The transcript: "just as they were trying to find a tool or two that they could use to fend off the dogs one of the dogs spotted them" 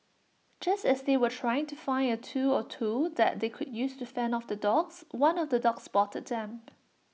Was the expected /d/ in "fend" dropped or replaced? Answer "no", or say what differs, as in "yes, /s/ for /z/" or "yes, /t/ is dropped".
yes, /d/ is dropped